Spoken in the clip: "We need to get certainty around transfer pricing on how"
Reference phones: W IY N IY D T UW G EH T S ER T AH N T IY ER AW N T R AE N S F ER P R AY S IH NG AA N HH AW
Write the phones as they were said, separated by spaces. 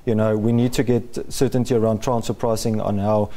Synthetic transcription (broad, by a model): W IY N IY D T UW G EH T S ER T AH N T IY ER AW N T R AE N S ER P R AY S IH NG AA N HH AW